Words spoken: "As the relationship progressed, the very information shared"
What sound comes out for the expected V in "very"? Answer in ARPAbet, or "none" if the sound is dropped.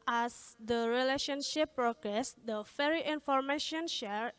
F